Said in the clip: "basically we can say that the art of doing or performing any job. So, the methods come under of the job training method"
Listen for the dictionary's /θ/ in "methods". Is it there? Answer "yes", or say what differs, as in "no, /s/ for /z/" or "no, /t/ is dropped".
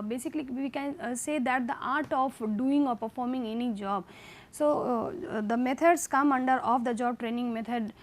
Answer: no, /t/ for /θ/